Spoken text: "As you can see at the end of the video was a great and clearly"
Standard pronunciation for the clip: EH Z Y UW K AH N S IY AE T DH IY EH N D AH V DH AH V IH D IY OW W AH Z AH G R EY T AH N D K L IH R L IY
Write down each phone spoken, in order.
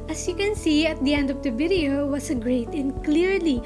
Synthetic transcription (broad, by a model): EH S Y UW K AH N S IY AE T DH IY EH N D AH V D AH B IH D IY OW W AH S AH G R EY T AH N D K L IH R L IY